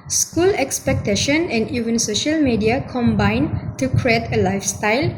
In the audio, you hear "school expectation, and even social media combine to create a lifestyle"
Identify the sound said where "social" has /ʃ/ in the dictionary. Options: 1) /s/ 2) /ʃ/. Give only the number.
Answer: 2